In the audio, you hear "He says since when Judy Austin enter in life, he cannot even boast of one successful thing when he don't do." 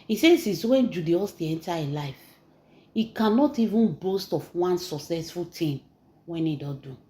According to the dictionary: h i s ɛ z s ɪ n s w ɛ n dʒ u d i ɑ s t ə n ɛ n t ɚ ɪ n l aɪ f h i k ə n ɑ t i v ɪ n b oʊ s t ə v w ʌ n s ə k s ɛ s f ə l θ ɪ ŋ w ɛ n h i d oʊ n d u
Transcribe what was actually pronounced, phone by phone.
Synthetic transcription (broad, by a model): i s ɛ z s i s w ɛ n dʒ u d i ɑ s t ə ɛ n t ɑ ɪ l aɪ f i k ə n ɑ t i v ɪ n b oʊ s t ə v w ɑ n s ə k s ɛ s f ə l t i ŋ w ɛ n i d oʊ d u